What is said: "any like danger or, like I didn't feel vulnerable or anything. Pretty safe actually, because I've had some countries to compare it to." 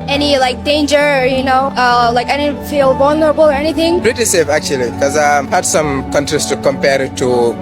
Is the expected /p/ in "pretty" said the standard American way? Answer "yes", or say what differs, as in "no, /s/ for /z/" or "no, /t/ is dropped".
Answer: no, /b/ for /p/